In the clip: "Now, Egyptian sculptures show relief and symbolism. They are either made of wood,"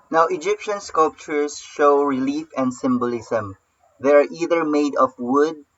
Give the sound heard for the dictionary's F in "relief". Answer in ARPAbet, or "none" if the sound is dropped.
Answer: F